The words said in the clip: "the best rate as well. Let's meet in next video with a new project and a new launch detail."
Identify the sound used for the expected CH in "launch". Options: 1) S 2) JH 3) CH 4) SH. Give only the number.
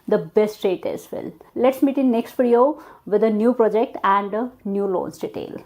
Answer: 1